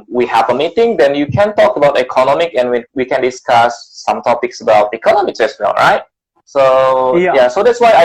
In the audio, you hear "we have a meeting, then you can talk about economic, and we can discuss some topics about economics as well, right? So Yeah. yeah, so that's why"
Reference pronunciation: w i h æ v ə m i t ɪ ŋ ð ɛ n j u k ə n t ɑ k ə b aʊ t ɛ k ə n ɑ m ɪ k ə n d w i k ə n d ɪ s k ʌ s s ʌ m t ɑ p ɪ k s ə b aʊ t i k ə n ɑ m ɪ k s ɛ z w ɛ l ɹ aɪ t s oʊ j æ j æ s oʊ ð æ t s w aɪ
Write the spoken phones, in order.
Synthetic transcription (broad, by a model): w i h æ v ə m i t ɪ ŋ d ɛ n j u k ə n t ɑ k ə b aʊ t ɛ k ə n ɑ m ɪ k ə n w w i k ə n d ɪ s k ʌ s s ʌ m t ɑ p ɪ k s ə b aʊ t i k ə n ɑ m ɪ k s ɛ s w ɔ n ɹ aɪ t s oʊ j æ s oʊ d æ t s w aɪ